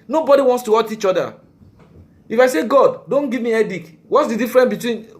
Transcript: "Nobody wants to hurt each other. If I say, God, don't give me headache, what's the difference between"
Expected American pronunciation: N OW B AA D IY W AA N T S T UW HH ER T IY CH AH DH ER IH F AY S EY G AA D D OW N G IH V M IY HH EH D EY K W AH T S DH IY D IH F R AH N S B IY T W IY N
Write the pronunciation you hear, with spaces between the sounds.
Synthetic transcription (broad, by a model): N OW B AA D IY W AA N T S T UW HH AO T IY CH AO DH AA IH F AY S EY G AA D D OW N G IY V M IY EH D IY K W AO T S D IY D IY F R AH N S B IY T W IY N